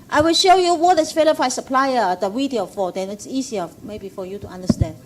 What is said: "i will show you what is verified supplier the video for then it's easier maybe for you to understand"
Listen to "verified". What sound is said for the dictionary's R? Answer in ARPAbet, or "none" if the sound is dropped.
L